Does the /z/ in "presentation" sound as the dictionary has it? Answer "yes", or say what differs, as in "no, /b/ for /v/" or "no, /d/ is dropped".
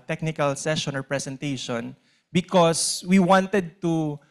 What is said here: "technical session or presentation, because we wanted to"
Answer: no, /s/ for /z/